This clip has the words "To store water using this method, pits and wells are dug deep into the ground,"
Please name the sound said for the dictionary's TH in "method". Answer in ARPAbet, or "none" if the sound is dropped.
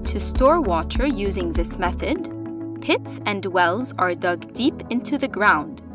TH